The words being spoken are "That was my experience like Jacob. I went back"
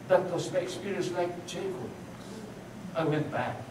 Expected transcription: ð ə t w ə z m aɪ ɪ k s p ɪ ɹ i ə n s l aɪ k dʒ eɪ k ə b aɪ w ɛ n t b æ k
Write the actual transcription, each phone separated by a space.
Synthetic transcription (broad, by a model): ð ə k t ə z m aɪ ɪ k s p ɪ ɹ i ə n s l aɪ k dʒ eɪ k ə ɪ w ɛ n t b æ k